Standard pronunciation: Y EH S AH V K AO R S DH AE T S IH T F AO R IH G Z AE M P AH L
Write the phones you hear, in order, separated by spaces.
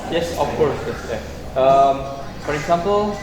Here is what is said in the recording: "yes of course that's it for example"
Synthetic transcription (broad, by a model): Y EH S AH F K AO R S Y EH S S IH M F AO R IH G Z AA M P AH L